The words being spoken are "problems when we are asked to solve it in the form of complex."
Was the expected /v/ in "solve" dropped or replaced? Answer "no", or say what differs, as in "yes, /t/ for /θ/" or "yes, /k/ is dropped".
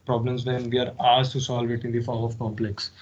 no